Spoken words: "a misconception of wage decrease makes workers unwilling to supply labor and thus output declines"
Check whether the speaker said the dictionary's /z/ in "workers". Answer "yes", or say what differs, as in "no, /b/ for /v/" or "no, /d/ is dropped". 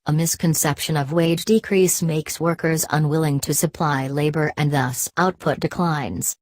yes